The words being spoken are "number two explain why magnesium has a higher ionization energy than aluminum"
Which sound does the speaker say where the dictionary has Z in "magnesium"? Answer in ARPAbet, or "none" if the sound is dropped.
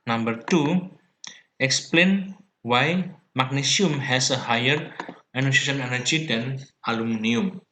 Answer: S